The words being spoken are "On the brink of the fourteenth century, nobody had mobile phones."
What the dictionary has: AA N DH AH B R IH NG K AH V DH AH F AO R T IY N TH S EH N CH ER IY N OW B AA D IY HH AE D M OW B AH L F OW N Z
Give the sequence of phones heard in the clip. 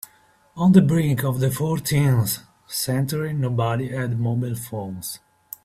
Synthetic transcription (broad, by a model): AA N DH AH B R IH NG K AH V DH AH F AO R T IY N S S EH N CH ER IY N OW B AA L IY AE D M OW B AH L F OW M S